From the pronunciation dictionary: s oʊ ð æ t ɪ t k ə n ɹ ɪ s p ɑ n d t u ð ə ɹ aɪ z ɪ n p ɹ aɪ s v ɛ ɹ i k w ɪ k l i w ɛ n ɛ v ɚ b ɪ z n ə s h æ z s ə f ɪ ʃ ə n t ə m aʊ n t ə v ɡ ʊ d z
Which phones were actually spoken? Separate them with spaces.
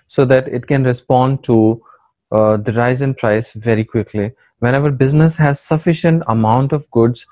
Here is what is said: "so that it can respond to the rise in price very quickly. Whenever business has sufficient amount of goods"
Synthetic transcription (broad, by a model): s oʊ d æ t ɪ t k ə n ɹ ɪ s p ɑ n d t u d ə ɹ aɪ z ɪ n p ɹ aɪ s v ɛ ɹ i k w ɪ k l i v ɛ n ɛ v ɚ b ɪ z n ə s h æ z s ə f ɪ ʃ ə n t ə m aʊ n t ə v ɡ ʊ d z